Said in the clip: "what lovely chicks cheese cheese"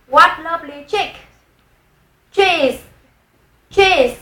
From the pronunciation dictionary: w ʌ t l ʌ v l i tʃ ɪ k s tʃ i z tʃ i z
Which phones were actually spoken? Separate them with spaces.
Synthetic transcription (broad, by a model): w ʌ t l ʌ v l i tʃ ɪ k tʃ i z tʃ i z